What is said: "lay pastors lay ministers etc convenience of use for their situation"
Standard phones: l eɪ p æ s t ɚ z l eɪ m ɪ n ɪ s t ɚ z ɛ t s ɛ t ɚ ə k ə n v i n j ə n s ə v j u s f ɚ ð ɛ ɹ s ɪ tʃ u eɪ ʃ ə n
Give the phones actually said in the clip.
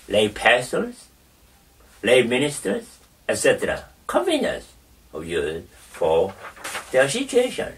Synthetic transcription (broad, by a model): l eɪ p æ s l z l eɪ m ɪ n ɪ s t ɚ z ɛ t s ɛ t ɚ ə k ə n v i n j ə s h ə j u f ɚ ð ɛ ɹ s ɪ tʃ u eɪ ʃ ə n